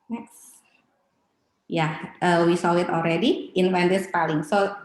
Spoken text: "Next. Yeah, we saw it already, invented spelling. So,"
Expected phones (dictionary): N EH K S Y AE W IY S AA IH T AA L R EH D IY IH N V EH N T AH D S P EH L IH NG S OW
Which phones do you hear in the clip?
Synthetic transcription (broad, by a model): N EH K S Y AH W IY S AA IH T AA L R EH D IY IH N F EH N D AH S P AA L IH NG S OW